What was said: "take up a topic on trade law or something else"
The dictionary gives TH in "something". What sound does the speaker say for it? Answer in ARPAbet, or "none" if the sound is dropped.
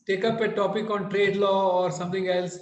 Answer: T